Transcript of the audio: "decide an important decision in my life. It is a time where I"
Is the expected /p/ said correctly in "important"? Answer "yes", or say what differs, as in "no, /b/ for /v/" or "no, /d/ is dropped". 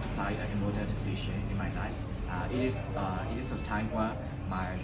no, /p/ is dropped